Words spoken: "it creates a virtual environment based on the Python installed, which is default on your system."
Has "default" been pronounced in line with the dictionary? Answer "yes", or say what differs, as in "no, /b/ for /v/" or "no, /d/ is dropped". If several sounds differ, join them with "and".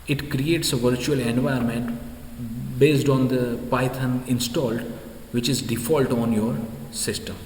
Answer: yes